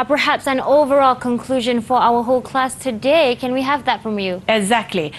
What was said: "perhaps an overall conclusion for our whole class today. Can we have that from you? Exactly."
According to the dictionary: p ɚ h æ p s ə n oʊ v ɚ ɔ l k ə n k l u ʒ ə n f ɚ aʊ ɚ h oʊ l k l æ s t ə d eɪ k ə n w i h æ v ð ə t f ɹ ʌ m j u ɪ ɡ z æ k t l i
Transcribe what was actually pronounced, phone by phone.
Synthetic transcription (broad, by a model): p ɚ h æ p s ə n oʊ v ɚ ɔ l k ə n k l u ʒ ə n f ɚ aʊ ɚ h oʊ l k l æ s t ə d eɪ k ə n w i h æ v ð ə t f ɹ ʌ m j u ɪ ɡ z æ k t l i